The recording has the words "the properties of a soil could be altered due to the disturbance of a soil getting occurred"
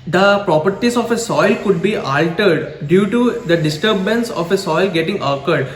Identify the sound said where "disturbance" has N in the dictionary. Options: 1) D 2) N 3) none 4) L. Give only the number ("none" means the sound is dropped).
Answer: 2